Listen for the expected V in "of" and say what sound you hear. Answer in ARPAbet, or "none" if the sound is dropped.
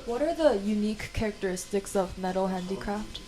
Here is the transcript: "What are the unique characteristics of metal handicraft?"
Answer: V